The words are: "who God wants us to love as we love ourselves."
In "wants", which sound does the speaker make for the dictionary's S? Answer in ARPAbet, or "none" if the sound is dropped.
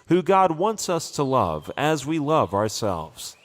S